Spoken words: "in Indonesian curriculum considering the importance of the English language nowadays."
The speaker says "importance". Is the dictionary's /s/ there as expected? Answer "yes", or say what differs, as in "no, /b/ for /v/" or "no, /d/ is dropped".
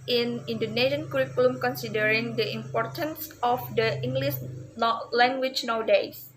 yes